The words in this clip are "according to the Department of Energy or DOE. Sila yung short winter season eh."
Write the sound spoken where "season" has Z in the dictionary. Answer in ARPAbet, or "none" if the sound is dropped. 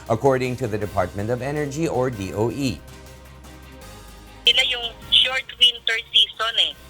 S